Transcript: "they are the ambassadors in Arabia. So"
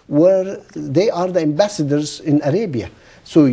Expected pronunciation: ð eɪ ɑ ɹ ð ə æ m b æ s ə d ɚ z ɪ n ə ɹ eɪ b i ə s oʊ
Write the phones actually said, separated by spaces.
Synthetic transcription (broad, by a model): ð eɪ ɑ ɹ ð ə æ m b æ s ə d ɚ z ɪ n ə ɹ eɪ b i ə s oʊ